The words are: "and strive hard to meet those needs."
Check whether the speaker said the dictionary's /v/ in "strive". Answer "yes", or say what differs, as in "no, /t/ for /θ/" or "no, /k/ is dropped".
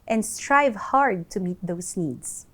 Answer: yes